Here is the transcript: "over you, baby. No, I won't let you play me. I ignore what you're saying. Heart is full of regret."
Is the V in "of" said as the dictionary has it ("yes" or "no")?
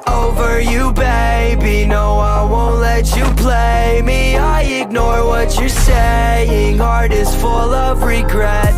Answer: yes